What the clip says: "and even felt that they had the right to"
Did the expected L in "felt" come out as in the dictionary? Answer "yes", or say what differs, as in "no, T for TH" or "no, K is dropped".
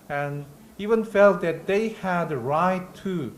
yes